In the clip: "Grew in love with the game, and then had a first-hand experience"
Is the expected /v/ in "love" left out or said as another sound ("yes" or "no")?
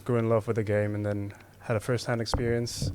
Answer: no